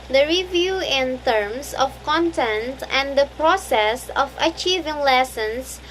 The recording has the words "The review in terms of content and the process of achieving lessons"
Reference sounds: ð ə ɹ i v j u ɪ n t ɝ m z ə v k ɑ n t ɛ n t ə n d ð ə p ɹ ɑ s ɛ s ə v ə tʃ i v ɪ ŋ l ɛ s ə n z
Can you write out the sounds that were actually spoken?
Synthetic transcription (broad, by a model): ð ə ɹ i v j u ɪ n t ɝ m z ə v k ɑ n t ɛ n t ə n d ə p ɹ ɑ s ɛ s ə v ə tʃ i v ɪ ŋ l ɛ s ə n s